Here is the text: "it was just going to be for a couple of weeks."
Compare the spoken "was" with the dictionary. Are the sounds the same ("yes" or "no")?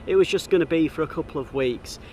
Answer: yes